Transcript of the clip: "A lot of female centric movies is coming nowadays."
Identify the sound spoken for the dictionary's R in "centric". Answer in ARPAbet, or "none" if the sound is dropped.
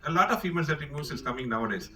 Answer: none